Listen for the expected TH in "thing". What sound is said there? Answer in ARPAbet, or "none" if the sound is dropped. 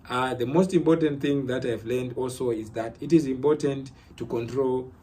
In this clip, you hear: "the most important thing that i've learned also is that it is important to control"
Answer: TH